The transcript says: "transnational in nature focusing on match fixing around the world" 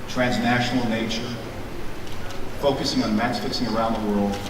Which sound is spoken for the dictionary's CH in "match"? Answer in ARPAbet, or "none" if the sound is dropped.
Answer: S